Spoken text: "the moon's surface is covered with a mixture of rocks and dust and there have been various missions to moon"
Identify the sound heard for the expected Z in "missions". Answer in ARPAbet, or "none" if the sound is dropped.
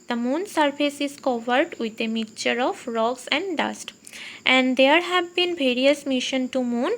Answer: none